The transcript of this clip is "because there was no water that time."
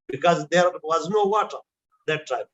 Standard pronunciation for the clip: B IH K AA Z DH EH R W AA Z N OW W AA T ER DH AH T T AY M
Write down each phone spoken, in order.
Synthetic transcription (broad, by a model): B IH K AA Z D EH R W AA Z N OW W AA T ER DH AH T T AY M